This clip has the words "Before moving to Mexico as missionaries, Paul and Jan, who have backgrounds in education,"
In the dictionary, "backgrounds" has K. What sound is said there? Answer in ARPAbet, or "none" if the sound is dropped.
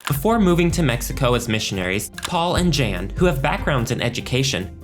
K